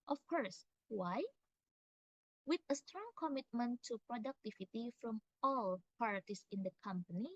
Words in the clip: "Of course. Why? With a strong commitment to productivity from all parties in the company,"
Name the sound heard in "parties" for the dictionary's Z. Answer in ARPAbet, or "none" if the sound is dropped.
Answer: S